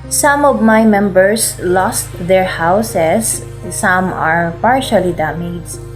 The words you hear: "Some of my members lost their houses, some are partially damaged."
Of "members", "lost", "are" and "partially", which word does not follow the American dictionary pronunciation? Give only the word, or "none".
members